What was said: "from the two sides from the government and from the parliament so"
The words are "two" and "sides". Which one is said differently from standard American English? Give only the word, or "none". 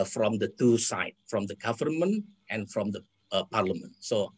sides